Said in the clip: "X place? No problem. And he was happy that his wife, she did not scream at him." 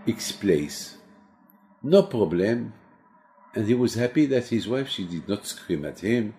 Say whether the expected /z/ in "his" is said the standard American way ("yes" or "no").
yes